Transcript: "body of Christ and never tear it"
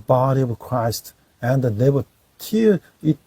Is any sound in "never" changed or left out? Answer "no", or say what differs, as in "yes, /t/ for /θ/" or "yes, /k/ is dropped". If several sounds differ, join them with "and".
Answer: yes, /b/ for /v/